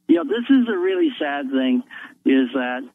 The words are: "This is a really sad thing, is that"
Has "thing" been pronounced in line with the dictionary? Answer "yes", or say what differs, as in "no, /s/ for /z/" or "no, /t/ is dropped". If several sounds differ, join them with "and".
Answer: yes